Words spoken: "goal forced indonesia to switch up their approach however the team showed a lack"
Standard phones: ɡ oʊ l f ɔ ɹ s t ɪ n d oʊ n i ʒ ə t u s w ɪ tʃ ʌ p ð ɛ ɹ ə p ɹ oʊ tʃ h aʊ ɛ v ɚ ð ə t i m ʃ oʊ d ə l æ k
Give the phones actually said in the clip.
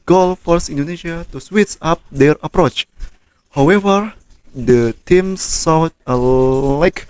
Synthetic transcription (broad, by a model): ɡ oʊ l f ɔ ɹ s ɪ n d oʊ n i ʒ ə t u s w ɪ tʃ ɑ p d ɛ ɹ ə p ɹ oʊ tʃ h aʊ ɛ v ɚ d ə t i m s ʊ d ə l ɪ k